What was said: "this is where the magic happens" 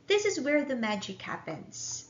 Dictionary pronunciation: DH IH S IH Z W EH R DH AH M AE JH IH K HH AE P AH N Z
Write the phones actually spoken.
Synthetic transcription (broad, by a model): DH IH S IH Z W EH R DH AH M AE JH IH K HH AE P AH N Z